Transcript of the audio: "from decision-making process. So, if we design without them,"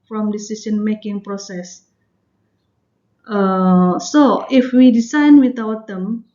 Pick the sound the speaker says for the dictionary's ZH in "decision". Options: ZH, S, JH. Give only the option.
S